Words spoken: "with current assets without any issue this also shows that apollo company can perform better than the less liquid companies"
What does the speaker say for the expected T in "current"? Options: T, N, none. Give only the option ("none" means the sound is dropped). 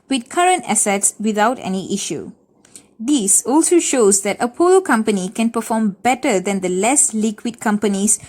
T